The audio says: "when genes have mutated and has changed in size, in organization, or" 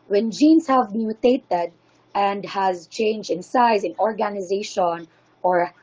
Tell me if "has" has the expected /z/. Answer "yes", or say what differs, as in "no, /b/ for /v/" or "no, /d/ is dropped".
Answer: yes